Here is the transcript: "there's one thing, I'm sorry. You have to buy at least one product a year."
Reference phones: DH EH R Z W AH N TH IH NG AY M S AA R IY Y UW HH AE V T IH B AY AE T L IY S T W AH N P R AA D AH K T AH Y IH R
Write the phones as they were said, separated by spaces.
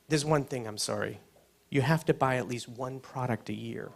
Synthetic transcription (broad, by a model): DH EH R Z W AH N TH IH NG AY M S AA R IY Y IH HH AE F T IH B AY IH T L IY S T W AH N P R AA D AH K T AH Y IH R